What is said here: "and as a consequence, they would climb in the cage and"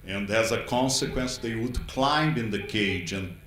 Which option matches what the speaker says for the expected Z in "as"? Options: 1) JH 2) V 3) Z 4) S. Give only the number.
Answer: 3